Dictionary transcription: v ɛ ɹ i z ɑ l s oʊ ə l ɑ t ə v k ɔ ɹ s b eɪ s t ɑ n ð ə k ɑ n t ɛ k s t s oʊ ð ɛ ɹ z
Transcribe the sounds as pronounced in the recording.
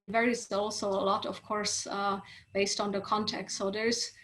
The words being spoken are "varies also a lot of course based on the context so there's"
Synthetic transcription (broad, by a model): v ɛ ɹ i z ɑ l s oʊ ə l ɑ t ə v k ɔ ɹ s b eɪ s t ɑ n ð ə k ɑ n t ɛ k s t s oʊ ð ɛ ɹ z